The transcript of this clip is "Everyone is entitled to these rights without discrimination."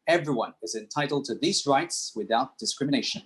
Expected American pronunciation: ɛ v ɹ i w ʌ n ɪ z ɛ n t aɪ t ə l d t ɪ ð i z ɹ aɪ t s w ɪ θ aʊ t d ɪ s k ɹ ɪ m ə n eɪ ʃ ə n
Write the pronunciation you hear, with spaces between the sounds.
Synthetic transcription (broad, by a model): ɛ v ɹ i w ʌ n ɪ z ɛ n t aɪ t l d t ɪ ð i z ɹ aɪ t s w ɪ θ aʊ t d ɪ s k ɹ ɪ m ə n eɪ ʃ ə n